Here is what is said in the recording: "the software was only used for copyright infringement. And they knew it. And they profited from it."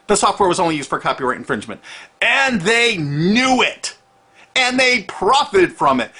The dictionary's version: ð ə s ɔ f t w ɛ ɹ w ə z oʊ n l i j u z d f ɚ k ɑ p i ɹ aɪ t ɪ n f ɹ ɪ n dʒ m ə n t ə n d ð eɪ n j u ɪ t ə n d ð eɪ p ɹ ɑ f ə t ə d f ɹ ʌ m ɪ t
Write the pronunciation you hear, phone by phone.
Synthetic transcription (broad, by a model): ð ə s ɔ f t w ɛ ɹ w ə z oʊ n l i j u z d f ɚ k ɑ p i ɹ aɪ ɪ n f ɹ ɪ n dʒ m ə n t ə n ð eɪ n j u ɪ t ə n ð eɪ p ɹ ɑ f ə t ə d f ɹ ʌ m ɪ t